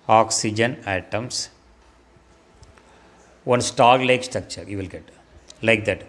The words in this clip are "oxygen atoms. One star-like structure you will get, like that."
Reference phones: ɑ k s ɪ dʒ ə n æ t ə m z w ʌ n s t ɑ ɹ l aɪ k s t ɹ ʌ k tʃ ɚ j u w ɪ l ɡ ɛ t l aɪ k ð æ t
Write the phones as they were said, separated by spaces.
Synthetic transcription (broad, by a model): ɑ k s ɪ dʒ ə n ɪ t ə m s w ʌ n s t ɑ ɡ l aɪ k s t ɹ ʌ k tʃ ɚ j u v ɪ l ɡ ɛ t l aɪ k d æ t